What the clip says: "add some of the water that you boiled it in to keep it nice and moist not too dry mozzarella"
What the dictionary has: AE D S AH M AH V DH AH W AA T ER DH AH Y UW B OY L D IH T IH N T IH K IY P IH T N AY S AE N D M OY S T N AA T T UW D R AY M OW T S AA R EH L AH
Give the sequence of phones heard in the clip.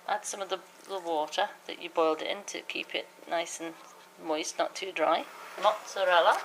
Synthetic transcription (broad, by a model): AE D S AH M AH V DH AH W AA T ER DH AH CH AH B OY L D IH T IH N T IH K IY P IH T N AY S N M OY S T N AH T T UW D R AY M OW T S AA R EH L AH